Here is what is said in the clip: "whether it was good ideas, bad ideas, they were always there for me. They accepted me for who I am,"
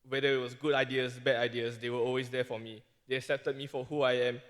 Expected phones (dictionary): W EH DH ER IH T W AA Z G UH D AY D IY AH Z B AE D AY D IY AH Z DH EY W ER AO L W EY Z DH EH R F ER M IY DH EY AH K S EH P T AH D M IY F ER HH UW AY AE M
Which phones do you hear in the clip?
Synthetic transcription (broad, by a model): W EH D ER IH T W AA S G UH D AY D IY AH S B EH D AY D IY AH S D EY W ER AO L W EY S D EH F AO M IY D EY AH K S EH P T AH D M IY F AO HH UW AY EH M